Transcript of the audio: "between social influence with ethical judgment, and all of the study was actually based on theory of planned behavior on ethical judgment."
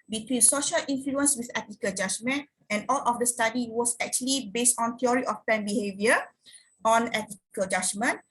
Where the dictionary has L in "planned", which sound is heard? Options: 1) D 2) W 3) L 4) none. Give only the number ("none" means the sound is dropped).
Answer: 4